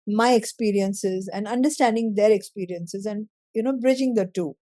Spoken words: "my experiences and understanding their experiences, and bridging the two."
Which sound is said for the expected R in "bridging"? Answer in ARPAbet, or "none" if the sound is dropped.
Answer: R